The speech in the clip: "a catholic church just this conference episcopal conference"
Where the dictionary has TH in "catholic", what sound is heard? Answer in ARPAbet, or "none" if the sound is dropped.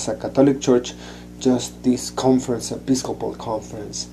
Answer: T